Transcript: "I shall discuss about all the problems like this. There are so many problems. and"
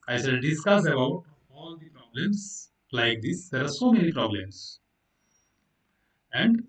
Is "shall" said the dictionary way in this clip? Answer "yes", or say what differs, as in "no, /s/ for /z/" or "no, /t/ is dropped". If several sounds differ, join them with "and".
no, /s/ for /ʃ/